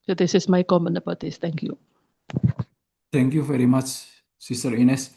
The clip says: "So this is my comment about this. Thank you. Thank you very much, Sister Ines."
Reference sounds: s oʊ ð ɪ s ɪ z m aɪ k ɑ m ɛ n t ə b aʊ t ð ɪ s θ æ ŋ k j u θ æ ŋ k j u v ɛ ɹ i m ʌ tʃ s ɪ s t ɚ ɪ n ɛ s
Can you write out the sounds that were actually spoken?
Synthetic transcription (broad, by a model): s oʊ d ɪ s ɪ s m aɪ k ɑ m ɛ n ə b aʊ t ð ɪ s t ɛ ŋ k j u t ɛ ŋ k j u v ɛ ɹ i m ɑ tʃ s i s t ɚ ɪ n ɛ s